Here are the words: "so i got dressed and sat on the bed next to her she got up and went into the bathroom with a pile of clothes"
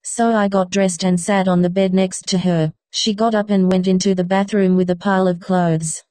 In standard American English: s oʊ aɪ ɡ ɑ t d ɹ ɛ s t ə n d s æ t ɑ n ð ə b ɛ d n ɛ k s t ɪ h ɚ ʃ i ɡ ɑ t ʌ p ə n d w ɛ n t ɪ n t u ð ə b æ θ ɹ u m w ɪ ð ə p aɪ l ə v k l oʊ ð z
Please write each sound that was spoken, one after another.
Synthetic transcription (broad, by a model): s oʊ aɪ ɡ ɑ t d ɹ ɛ s t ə n s æ t n ð ə b ɛ d n ɛ k s t ɪ ɚ ʃ i ɡ ɑ t ʌ p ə n w ɛ n t ɪ n t u ð ə b æ θ ɹ u m w ɪ ð ə p aɪ l ə v k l oʊ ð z